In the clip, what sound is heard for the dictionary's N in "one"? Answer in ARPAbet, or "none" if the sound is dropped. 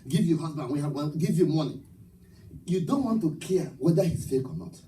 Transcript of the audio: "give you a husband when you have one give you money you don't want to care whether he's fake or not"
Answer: L